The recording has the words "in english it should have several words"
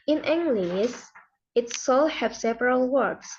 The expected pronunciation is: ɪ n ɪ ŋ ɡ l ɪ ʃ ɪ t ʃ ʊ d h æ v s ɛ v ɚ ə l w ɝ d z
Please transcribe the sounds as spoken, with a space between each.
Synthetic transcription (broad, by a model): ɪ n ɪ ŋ ɡ l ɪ s ɪ t s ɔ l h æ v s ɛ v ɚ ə l w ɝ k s